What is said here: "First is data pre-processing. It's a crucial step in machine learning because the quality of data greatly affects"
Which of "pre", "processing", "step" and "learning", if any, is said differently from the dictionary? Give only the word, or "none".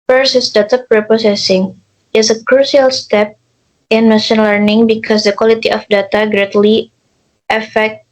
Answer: processing